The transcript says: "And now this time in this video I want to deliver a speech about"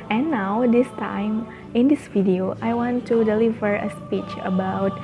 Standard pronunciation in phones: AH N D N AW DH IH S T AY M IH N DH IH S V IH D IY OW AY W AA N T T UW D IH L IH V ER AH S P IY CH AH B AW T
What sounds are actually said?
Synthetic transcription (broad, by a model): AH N N AW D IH S T AY M IH N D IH S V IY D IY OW AY W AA N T T UW D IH L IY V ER AH S P IY CH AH B AW T